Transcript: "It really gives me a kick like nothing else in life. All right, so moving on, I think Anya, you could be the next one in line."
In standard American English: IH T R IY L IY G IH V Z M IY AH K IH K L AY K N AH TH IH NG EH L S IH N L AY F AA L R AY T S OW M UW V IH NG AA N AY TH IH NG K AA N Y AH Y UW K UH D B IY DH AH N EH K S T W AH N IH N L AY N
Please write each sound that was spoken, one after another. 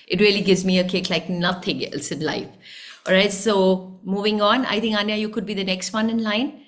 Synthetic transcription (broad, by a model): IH T R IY L IY G IH V Z M IY AH K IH K L AY K N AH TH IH NG EH L S IH N L AY F AA L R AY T S OW M UW V IH NG AA N AY T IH NG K AA N Y AH Y UW K UH D B IY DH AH N EH K S T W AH N IH N L AY N